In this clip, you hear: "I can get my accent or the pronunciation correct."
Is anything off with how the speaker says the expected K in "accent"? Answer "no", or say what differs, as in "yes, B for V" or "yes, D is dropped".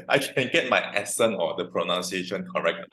yes, K is dropped